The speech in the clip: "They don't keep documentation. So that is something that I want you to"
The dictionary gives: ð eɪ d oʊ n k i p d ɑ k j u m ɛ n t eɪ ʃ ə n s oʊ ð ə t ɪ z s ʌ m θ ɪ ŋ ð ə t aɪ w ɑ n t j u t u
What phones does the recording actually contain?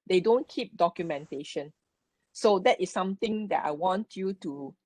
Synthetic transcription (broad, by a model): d eɪ d oʊ n k i p d ɑ k j u m ɛ n t eɪ ʃ ə n s oʊ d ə t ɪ s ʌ m t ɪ ŋ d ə t aɪ w ɑ n t j u t u